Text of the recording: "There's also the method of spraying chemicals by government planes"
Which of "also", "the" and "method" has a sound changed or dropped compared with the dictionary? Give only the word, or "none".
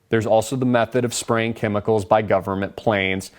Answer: none